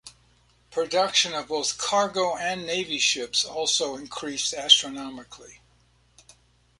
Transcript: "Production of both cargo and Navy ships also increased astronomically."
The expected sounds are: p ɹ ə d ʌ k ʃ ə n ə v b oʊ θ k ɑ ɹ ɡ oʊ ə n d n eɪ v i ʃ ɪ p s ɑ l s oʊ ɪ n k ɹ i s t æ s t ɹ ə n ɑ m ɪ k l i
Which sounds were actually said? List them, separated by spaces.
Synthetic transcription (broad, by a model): p ɹ ə d ʌ k ʃ ə n ə v b oʊ θ k ɑ ɹ ɡ oʊ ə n n eɪ v i ʃ ɪ p s ɑ l s oʊ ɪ n k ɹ i s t æ s t ɹ ə n ɑ m ɪ k l i